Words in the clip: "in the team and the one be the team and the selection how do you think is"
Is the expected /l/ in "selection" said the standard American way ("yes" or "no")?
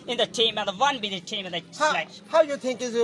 no